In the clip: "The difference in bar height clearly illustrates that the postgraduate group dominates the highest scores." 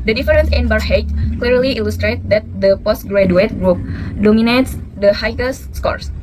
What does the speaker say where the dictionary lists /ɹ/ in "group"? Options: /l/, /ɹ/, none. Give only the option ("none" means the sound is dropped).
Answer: /ɹ/